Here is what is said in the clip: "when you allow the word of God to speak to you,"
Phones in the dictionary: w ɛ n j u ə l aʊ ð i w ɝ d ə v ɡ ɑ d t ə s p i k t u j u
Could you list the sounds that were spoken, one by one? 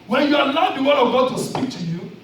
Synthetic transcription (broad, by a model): w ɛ n j u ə n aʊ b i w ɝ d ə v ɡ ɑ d t ə s p i k t u j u